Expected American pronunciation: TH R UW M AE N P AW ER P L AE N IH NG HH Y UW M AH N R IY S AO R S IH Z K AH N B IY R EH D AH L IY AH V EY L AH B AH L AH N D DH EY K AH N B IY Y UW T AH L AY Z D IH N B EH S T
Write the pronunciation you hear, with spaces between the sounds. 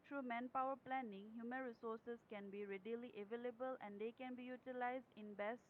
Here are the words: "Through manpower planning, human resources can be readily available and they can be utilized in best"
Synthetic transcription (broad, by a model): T R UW M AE N P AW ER P L AE N IH NG HH Y UW M AH N R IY S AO R S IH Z K AH N B IY R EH D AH L IY AH V EY L AH B AH L AH N D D EY K AH N B IY Y UW T AH L AY Z D IH N B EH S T